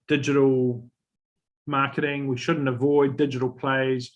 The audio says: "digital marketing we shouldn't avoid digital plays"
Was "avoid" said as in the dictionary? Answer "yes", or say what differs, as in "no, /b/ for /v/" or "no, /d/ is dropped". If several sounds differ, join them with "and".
yes